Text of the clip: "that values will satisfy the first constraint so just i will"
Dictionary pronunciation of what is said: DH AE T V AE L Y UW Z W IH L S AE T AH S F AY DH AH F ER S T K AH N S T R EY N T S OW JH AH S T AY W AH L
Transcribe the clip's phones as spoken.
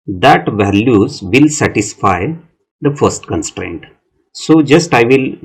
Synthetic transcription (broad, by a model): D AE T V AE L Y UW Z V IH L S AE T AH S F AY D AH F ER S T K AH N S T R EY N T S OW JH AH S T AY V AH L